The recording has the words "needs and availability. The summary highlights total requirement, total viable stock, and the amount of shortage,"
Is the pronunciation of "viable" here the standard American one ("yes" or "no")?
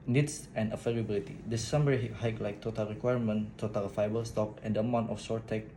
no